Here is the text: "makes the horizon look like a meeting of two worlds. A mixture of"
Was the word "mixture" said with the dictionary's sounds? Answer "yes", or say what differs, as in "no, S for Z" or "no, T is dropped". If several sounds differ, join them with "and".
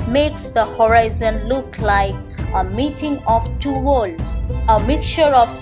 no, S is dropped